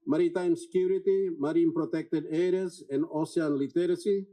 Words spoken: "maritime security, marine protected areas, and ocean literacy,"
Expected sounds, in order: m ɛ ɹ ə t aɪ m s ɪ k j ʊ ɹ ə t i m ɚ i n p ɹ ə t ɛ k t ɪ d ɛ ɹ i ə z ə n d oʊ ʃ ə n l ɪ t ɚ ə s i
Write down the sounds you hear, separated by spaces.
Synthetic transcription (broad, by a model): m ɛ ɹ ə t aɪ m s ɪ k j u ɹ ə t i m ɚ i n p ɹ ə t ɛ k t ɪ d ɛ ɹ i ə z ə n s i ə n l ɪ t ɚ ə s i